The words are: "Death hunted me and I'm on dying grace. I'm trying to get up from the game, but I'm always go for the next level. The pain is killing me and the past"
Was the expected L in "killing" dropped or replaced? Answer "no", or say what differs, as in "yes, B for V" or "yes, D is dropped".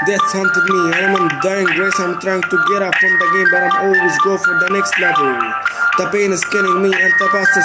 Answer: yes, N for L